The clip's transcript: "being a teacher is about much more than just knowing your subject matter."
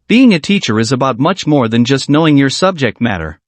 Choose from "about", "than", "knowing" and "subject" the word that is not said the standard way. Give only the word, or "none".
none